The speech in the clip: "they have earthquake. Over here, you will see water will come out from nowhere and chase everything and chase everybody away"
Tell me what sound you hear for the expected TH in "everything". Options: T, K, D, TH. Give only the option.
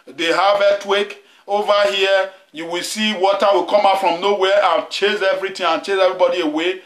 T